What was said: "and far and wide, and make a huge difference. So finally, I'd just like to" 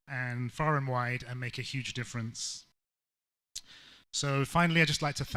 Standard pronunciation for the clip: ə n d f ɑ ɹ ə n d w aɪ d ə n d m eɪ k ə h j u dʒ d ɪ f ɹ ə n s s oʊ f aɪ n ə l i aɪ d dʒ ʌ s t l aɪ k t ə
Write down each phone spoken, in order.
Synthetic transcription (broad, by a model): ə n f ɑ ɹ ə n w aɪ d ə n m eɪ k ə h j u dʒ d ɪ f ɹ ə n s s oʊ f aɪ n l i aɪ dʒ ʌ s t l aɪ k t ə